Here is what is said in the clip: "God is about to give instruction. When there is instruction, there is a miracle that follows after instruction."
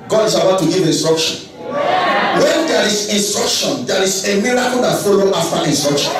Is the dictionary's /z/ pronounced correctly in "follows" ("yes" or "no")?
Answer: no